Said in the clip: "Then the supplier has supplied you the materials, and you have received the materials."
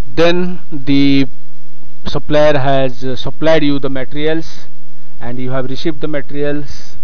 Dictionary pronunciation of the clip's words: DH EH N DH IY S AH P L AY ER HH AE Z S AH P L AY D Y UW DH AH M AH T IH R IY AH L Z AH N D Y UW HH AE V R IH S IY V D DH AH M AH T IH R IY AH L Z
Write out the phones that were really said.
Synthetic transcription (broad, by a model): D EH N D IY S AH P L AY ER HH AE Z S AH P L AY D Y UW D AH M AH T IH R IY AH L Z AH N D Y UW HH AE V R IH S IY V D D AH M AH T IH R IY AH L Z